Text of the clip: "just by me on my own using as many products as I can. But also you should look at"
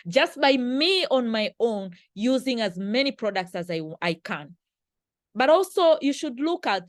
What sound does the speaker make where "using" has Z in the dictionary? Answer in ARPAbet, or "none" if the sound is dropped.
Z